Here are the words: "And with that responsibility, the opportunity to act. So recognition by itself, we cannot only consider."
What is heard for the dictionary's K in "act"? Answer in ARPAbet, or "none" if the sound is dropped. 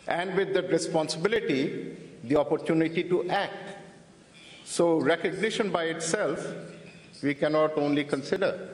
K